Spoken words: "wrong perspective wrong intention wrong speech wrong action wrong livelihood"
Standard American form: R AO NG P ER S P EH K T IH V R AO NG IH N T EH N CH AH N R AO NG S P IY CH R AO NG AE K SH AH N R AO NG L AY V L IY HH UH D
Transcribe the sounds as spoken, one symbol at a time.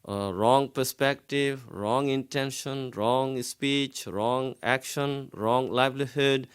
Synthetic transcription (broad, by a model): R AO NG P ER S P EH K T IH V R AO NG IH N T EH N SH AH N R AO NG S P IY CH R AO NG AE K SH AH N R AO NG L AY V L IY HH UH D